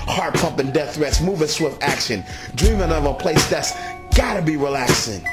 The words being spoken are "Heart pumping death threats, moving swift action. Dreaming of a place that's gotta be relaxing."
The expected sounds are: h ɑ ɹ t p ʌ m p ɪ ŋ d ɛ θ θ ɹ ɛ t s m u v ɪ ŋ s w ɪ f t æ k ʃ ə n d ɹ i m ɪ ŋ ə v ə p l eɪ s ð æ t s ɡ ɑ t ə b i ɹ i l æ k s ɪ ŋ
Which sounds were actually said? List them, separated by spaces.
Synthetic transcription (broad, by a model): h ɑ ɹ t p ʌ m p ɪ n d ɛ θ θ ɹ ɛ t s m u v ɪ s w ɪ f t æ k ʃ ə n d ɹ i m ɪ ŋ ə v ə p l eɪ s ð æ t s ɡ ɑ t ə b i ɹ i l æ k s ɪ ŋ